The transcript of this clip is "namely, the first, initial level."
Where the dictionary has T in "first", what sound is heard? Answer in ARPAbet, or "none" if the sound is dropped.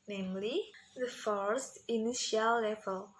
T